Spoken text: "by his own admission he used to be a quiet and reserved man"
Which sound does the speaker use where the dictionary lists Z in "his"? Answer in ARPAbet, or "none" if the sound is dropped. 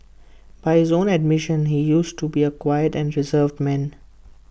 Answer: Z